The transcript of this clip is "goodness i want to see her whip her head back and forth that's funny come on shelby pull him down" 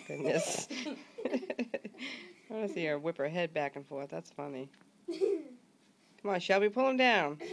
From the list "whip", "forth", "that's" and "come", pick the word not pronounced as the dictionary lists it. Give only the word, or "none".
none